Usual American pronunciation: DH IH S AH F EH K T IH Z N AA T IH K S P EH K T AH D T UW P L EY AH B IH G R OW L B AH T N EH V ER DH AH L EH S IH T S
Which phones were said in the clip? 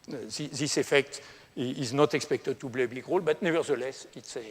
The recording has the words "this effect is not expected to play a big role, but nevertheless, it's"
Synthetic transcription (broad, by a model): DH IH S AH F EH K T IH Z N AA T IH K S P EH K T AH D T UW B L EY AH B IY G R OW L B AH T N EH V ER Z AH L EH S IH T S